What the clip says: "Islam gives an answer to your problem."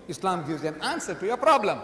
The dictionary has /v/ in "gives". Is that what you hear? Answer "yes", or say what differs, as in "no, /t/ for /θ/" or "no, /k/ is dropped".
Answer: no, /v/ is dropped